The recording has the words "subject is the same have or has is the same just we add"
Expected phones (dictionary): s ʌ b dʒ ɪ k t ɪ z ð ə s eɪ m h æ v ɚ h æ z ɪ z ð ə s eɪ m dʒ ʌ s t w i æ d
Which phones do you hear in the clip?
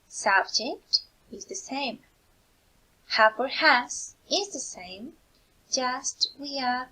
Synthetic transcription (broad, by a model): s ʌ b dʒ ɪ k t ɪ z ð ə s eɪ m h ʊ p ɚ h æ s ɪ z ð ə s eɪ m dʒ ʌ s t w i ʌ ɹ